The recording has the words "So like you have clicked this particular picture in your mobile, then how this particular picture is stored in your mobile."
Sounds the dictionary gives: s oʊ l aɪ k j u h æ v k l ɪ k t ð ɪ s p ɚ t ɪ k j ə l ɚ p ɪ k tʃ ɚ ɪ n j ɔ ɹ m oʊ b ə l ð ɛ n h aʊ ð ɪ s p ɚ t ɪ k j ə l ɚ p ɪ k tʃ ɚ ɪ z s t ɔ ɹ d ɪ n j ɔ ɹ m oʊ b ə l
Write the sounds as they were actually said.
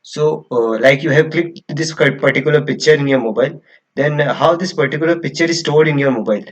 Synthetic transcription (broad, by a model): s oʊ l aɪ k j u h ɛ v k l ɪ k t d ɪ s p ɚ t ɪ k j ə l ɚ p ɪ k tʃ ɚ ɪ n j ɔ ɹ m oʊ b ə l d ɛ n h aʊ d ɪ s p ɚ t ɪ k j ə l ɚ p ɪ k tʃ ɚ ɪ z s t ɔ ɹ d ɪ n j ɔ ɹ m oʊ b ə l